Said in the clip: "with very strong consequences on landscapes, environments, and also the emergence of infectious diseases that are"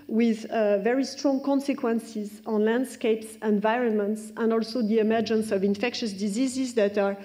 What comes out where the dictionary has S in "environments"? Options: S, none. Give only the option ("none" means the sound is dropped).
S